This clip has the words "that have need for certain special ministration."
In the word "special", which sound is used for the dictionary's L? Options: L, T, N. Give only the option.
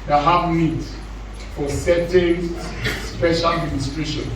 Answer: L